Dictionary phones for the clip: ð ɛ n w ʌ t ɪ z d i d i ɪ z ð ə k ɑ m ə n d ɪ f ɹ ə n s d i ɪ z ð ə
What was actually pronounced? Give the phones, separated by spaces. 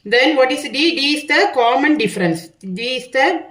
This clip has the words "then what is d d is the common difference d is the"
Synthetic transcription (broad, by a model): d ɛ n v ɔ t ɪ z d i d i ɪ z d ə k ɑ m ə n d ɪ f ɹ ə n s d i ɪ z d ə